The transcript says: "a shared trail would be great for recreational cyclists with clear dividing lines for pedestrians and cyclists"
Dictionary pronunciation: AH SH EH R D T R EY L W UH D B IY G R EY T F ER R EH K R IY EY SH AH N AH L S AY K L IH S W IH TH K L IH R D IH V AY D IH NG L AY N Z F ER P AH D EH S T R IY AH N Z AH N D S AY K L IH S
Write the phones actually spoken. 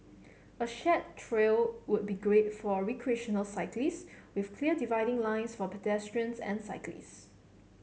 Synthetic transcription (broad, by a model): AH SH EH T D T R EY L W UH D B IY G R EY T F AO R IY K R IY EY SH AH N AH L S AY K L IH S W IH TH K L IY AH D IH V AY D IH NG L AY N S F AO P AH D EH S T R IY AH N S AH N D S AY K L IH S